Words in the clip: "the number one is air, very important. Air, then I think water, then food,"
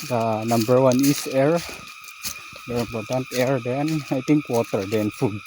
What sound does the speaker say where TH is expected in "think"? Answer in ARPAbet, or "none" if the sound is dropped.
T